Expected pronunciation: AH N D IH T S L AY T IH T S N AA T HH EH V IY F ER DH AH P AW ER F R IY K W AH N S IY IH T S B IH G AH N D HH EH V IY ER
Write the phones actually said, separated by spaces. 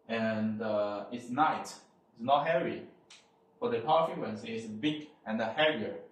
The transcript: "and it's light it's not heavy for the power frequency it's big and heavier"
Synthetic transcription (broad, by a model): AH N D IH T S N AY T IH T S N AA T HH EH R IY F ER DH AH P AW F IY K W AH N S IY IH T S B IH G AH N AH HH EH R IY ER